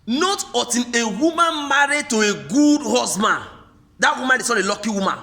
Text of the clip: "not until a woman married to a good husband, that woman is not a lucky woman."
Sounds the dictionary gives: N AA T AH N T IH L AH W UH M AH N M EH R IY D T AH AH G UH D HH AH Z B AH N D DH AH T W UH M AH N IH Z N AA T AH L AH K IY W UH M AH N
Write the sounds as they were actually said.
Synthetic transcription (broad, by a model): N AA T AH T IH N AH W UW M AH N M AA R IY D T AH AH G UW D HH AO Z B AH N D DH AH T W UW M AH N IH S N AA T AH L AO K IY W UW M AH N